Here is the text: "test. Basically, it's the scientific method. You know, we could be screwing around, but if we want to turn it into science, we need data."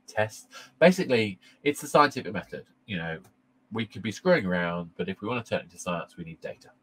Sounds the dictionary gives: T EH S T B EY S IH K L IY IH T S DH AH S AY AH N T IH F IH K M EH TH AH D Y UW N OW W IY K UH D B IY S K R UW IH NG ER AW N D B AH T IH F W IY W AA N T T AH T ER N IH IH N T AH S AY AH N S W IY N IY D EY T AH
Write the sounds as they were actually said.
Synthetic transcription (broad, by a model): T EH S T B EY S IH K L IY IH T S DH AH S AY AH N T IH F IH K M EH TH AH D Y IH N OW W IY K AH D B IY S K R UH IH NG ER AW N D B AH T IH F W IY W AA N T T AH T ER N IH IH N T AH S AY AH N S W IY N IY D EY T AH